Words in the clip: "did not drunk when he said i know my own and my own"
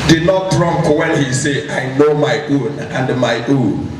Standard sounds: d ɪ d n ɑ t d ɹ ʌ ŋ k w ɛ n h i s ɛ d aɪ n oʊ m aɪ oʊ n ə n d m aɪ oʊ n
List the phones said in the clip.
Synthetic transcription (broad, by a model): d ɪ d n ɑ t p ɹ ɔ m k w ɛ n h i s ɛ aɪ n oʊ m aɪ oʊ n ə n d m aɪ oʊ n